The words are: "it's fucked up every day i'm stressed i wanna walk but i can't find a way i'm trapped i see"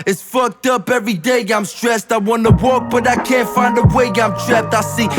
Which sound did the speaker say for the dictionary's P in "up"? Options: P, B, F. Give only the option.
P